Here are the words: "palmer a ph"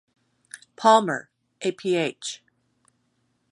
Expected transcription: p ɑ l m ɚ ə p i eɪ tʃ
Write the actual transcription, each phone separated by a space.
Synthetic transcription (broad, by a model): p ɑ l m ɚ ə p i eɪ tʃ